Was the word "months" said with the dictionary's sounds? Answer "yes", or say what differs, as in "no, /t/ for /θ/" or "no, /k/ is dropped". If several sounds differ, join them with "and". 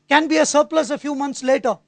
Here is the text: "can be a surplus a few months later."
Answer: no, /t/ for /θ/